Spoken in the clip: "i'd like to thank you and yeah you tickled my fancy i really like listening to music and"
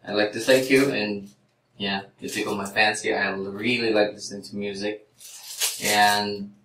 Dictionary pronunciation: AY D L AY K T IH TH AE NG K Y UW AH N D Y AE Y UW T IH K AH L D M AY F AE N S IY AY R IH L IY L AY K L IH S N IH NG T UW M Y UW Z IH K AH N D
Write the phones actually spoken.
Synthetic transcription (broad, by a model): AY L AY K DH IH S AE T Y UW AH N Y AE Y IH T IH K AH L M AY F AE N S IY AY R IH L IY L AY K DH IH S IH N T UW M Y UW Z IH K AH N